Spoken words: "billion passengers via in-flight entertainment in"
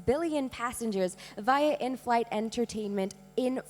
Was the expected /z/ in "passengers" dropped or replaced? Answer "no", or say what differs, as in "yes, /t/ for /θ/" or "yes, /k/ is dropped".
no